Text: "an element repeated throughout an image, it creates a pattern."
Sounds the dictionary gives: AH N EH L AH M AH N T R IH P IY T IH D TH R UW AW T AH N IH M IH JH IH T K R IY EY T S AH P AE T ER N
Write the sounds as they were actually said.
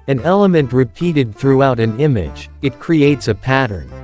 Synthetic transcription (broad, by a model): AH N EH L AH M AH N T R IH P IY T IH D TH R UW AW T AH N IH M IH JH IH T K R IY EY T S AH P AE T ER N